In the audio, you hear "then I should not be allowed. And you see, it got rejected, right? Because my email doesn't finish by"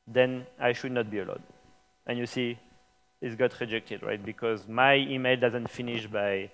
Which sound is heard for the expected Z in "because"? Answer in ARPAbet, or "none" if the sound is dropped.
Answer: Z